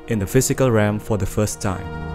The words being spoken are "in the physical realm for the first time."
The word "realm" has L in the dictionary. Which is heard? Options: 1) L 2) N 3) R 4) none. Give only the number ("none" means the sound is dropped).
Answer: 4